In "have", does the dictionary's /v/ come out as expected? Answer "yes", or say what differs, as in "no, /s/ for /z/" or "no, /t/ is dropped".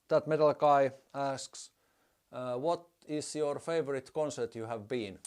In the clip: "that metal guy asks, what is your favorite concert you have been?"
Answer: yes